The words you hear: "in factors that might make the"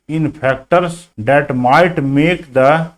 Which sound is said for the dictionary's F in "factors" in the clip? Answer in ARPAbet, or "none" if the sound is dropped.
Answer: P